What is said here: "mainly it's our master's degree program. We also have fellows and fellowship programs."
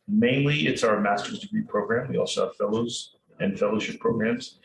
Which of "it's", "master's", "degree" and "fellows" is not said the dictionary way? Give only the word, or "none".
none